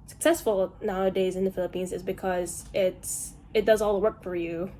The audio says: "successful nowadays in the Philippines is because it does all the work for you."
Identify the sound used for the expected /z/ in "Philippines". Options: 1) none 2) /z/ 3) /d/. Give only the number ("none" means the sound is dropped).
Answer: 2